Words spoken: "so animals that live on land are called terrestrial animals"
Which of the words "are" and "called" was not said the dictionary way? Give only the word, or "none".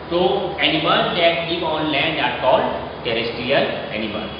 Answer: none